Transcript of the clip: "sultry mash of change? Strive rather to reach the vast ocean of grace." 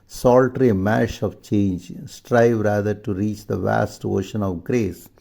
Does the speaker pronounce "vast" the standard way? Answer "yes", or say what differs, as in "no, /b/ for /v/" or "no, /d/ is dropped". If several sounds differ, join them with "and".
yes